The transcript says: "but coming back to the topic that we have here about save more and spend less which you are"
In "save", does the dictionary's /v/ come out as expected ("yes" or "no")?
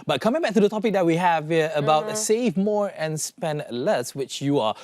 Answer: yes